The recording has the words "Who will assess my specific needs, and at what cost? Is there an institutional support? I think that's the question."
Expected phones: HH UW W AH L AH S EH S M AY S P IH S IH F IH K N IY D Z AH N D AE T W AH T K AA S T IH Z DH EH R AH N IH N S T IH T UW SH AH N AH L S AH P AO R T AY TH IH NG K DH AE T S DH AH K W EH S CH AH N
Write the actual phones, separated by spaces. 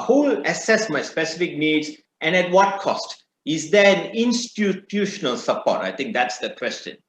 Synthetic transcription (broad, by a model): HH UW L AH S EH S M AY S P IH S IH F IH K N IY D Z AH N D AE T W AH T K AA S T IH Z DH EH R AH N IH N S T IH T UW SH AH N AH L S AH P AO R T AY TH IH NG K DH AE T S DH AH K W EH S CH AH N